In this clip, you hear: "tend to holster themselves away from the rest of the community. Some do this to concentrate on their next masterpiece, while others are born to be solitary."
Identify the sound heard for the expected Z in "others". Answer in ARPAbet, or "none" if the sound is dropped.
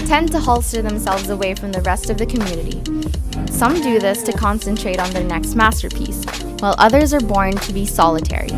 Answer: Z